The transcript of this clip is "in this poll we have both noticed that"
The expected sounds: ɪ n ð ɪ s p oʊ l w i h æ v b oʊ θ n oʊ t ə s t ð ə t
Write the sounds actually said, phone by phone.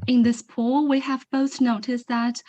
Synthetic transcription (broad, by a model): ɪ n ð ɪ s p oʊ w i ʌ v b oʊ θ n oʊ t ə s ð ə t